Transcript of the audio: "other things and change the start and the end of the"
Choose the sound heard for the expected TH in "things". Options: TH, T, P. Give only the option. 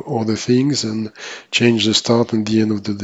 TH